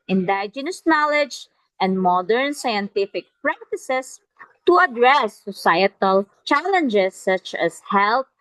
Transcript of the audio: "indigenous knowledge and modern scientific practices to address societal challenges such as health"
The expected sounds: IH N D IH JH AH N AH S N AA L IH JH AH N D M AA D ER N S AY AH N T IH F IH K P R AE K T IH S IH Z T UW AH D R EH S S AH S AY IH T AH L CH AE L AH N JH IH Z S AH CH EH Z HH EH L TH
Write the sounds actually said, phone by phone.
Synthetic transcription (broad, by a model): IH N D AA JH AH N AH S N AA L IH JH AH N D M AA D ER N S AY AH N T IH F IH K P R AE K T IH S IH S T UW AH D R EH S S AH S AY IH T AH L CH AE L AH N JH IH S AH CH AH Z HH EH L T